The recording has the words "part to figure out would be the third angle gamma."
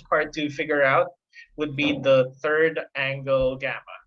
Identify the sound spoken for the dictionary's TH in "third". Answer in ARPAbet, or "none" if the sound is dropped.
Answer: TH